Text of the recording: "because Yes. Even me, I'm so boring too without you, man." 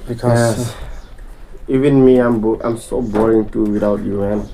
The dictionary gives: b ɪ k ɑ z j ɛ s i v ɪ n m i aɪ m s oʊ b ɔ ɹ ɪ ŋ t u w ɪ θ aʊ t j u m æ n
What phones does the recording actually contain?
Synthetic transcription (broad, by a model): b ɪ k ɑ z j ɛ i v ɪ n m i aɪ m s oʊ b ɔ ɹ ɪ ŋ t u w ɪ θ aʊ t j u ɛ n